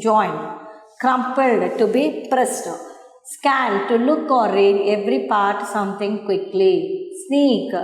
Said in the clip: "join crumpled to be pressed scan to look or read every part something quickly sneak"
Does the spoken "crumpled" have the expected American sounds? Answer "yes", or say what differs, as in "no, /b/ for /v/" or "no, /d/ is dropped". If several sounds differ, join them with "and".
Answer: yes